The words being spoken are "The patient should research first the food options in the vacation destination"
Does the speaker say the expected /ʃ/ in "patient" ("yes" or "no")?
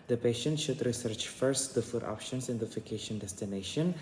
yes